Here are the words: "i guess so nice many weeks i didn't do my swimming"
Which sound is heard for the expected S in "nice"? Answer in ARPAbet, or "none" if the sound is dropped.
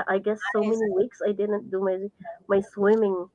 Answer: none